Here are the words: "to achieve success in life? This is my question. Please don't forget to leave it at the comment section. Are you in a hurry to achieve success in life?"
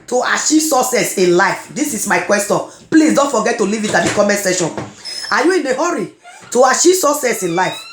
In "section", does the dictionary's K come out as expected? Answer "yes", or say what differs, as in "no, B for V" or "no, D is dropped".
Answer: no, K is dropped